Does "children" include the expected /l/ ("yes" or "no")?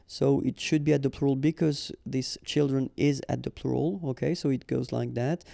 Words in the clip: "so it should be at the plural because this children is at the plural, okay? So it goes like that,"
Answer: yes